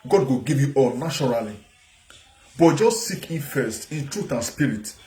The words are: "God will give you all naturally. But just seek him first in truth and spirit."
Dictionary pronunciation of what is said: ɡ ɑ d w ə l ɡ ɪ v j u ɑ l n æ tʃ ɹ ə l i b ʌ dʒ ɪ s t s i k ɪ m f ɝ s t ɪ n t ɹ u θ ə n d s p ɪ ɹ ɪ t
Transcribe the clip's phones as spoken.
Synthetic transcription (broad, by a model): ɡ ɑ d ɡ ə ɡ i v j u ɑ l n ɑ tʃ ɹ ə l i b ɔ dʒ ɪ s t s i k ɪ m f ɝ s t ɪ n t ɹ u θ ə n s p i ɹ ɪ t